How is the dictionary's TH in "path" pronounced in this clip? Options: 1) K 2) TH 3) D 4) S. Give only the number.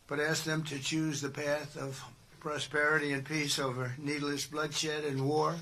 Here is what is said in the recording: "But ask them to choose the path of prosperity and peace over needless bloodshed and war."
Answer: 2